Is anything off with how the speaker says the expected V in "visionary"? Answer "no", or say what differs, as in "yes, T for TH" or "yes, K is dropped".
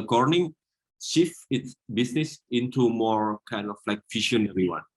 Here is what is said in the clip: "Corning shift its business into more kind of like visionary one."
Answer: yes, F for V